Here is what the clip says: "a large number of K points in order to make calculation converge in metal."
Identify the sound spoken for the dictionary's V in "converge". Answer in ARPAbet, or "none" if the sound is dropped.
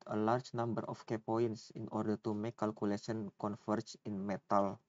F